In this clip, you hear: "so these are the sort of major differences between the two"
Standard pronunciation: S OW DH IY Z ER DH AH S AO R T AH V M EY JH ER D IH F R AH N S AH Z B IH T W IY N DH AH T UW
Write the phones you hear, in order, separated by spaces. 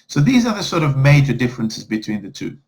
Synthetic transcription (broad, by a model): S OW DH IY Z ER DH AH S AO R T AH V M EY JH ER D IH F R AH N S AH Z B IH T W IY N DH AH T UW